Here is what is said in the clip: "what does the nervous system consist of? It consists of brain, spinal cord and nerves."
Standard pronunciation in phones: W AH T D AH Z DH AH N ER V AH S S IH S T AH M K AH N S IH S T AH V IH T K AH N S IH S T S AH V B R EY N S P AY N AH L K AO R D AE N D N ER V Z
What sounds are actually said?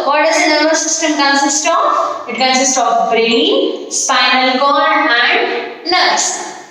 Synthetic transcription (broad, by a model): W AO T D AH Z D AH N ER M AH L S IH S T AH M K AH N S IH S T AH P IH T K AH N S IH S T AH P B R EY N S P AY N AH L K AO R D AE N D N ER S